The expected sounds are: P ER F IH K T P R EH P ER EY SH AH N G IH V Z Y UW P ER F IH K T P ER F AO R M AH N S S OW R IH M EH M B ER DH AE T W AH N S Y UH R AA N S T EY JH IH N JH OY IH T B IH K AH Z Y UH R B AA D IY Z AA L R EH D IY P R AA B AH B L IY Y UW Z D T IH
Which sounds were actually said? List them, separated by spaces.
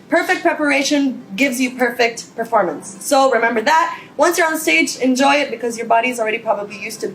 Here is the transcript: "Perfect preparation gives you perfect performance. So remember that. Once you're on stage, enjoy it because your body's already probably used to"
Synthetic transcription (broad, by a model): P ER F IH K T P R EH P ER EY SH AH N G IH V Z Y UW P ER F IH K T P ER F AO R M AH N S S OW R IH M EH M B ER DH AE T W AH N S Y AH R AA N S T EY JH IH N JH OY IH T B IH K AH Z Y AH R B AA D IY Z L R EH D IY P R AA B AH B L IY Y UW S T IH